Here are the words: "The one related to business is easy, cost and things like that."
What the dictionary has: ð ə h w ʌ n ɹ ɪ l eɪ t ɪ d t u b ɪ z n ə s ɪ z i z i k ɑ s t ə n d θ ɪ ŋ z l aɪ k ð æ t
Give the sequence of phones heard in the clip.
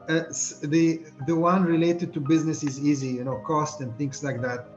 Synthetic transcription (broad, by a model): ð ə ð w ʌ n ɹ ɪ l eɪ t ɪ d t u b ɪ z n ə s ɪ z i z i k ɑ s t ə n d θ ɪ ŋ s l aɪ k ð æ t